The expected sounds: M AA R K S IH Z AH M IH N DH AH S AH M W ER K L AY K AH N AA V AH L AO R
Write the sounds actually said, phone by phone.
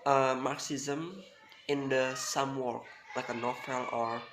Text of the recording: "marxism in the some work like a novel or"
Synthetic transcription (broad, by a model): M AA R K S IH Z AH M IH N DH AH S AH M W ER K L AY K AH N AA F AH L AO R